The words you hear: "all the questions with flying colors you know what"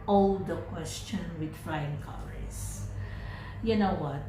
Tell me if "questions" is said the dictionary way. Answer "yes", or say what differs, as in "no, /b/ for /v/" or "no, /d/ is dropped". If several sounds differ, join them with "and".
no, /z/ is dropped